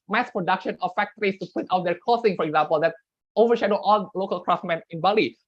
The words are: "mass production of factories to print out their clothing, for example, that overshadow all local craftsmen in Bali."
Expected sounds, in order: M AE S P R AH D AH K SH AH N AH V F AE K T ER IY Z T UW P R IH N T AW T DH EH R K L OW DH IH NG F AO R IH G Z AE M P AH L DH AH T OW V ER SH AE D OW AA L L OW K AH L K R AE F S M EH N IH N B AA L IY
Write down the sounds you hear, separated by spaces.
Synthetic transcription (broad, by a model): M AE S P R AH D AH K SH AH N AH F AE K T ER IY S T UW P UH T AW T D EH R K OW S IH NG F AO R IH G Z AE M P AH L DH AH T OW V ER SH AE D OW AA L L OW K AH L K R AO S M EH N IH N B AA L IY